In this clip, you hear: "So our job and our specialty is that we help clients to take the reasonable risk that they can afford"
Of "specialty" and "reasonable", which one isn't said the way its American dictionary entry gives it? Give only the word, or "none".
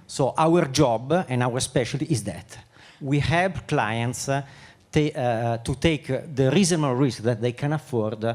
reasonable